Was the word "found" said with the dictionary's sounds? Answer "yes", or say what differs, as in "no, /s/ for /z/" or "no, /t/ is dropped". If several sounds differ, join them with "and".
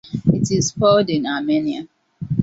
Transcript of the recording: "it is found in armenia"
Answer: no, /l/ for /n/